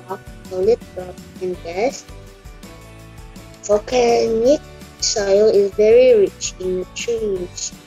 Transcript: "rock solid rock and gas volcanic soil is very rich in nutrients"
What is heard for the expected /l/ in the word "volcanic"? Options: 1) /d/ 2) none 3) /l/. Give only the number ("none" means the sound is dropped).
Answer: 2